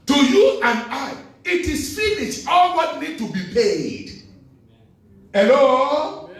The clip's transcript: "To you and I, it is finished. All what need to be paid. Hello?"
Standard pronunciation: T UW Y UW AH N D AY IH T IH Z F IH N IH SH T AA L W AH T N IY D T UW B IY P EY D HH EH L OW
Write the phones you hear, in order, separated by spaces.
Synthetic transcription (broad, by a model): T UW Y UW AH N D AY IH T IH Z F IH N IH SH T AA L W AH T N IY D T UW B IY P EY D HH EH L OW